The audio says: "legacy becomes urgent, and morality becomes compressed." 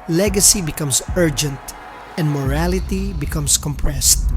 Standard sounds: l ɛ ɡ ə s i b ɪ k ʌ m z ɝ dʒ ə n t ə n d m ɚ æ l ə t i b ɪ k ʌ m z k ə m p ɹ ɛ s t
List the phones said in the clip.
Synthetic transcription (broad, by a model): l ɛ ɡ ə s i b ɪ k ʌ m s ɝ dʒ ə n t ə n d m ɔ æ l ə t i b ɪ k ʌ m s k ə m p ɹ ɛ s t